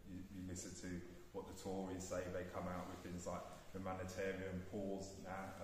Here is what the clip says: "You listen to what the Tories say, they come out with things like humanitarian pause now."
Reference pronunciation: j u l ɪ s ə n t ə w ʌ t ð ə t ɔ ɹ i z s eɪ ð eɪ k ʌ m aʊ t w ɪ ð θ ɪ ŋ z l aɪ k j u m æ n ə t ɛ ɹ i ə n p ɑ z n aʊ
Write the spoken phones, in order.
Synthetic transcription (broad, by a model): j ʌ l ɪ s ə n t ə w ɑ t ð ə t ɔ ɹ i z s eɪ ð eɪ k ʌ m aʊ t w ɪ ð θ ɪ ŋ z l aɪ k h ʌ m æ n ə t ɛ ɹ i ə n p ɑ z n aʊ